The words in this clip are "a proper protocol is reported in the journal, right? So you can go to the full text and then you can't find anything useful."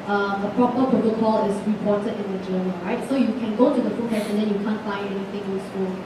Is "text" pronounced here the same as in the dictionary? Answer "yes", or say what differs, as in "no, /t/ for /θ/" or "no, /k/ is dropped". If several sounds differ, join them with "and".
no, /k/ is dropped